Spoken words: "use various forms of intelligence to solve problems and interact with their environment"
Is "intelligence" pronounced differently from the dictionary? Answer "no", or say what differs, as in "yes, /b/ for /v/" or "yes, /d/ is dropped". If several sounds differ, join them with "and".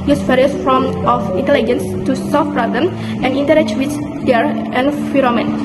no